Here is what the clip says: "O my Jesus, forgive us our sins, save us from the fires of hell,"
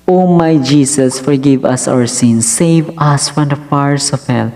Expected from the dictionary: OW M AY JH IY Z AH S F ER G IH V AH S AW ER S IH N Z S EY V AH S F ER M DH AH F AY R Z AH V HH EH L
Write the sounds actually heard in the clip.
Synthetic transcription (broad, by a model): OW M AY JH IY S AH S F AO G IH V AH S AW ER S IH N S EY V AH S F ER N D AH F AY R S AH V HH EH L